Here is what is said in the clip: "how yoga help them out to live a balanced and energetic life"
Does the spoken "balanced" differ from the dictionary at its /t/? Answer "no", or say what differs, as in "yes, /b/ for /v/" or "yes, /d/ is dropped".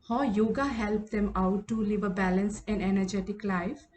yes, /t/ is dropped